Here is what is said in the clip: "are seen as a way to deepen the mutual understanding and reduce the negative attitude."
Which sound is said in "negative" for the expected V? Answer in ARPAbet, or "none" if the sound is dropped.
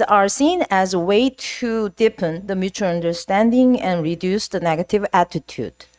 V